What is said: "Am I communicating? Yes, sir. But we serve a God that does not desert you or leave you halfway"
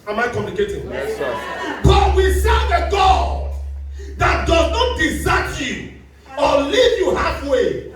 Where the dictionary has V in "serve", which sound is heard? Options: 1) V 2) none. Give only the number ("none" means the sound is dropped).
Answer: 2